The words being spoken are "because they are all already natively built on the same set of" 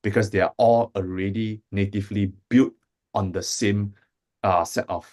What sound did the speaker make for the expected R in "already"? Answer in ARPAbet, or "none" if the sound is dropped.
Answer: R